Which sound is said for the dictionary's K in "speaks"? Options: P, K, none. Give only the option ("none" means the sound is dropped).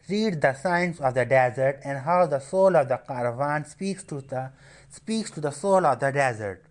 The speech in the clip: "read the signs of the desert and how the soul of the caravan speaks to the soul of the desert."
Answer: K